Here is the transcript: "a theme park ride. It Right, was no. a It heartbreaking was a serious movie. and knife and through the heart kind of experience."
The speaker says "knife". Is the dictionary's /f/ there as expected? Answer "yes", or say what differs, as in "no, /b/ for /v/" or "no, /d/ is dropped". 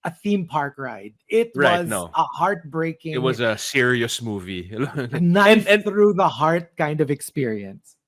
no, /f/ is dropped